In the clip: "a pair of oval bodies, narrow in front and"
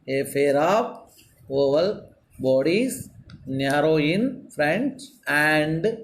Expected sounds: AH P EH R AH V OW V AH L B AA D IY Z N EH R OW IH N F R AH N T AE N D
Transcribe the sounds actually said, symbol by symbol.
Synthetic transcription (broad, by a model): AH F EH R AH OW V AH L B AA D IY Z N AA R OW IH N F R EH N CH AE N D